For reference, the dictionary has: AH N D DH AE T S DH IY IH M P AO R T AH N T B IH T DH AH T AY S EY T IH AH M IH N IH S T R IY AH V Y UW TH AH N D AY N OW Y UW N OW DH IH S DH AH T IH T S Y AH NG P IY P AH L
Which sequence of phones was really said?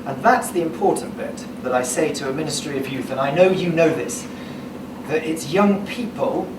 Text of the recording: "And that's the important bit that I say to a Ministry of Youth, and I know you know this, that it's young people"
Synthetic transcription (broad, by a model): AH N DH AE T S DH IY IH M P AO R T N B IH T DH AH T AY S EY T IH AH M IH N IH S T R IY AH V Y UW TH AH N AY N OW Y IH N OW DH IH S DH AH T IH T S Y AH NG P IY P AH L